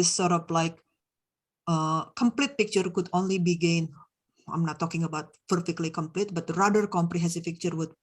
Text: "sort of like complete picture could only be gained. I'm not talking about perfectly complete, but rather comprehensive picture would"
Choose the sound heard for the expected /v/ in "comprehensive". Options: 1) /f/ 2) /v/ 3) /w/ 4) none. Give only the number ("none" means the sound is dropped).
1